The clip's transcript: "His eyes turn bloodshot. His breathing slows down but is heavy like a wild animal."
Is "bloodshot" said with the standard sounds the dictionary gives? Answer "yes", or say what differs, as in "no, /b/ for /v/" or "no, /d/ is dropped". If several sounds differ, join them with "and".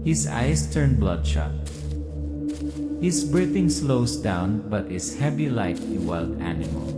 yes